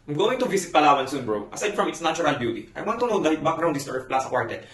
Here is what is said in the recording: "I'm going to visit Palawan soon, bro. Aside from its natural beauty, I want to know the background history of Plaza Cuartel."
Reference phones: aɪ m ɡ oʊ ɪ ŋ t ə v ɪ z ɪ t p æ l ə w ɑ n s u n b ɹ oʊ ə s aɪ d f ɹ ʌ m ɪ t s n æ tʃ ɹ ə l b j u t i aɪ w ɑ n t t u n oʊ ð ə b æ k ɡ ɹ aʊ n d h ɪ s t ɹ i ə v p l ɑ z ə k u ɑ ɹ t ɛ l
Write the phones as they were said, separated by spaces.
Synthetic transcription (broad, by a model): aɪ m ɡ oʊ ɪ ŋ t ə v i s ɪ t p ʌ l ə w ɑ n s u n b ɹ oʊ ə s aɪ d f ɹ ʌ m ɪ t s n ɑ tʃ ɹ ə l b j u t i aɪ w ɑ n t t u n oʊ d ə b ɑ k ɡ ɹ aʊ n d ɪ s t i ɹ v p l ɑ s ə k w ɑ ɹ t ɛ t